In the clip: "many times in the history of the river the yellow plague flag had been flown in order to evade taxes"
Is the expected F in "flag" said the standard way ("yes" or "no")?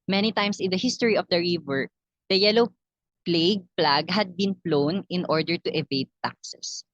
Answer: no